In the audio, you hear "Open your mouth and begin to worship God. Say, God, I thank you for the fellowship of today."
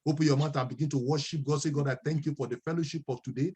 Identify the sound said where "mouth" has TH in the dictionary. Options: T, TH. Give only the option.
T